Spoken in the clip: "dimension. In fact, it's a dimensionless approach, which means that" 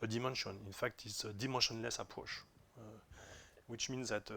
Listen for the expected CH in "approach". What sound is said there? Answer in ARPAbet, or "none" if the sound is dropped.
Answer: SH